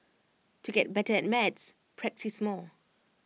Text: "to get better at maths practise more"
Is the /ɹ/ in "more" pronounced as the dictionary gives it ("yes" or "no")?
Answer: no